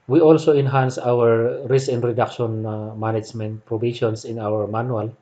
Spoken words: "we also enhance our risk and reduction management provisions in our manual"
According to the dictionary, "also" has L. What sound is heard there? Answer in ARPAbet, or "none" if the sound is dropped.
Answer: L